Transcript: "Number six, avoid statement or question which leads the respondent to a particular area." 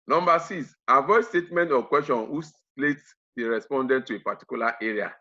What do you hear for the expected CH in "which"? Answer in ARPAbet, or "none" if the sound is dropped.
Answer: S